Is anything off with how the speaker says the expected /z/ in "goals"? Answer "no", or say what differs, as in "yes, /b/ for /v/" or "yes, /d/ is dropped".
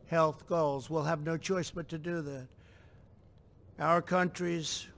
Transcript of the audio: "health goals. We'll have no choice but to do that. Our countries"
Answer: no